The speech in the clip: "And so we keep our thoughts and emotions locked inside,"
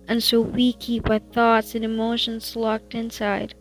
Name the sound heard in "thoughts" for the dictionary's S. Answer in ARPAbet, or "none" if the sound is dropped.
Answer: S